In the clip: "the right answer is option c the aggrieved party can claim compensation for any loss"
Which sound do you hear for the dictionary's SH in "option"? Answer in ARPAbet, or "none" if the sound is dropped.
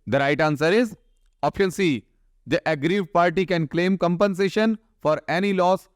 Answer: none